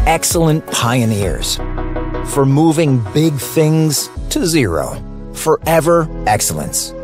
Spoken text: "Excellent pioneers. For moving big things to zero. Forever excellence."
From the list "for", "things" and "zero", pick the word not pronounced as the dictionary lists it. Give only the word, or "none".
none